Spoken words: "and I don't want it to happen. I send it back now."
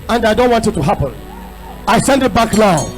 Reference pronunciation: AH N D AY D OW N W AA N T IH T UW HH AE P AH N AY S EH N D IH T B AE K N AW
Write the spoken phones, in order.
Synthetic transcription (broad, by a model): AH N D AY D OW N W AA N T IH T UW HH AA P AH N AY S EH N D IH T B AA K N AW